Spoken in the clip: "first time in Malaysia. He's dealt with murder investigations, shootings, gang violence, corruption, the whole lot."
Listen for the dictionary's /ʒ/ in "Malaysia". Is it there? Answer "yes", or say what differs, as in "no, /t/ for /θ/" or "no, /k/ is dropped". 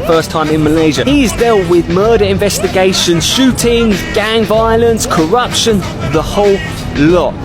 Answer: yes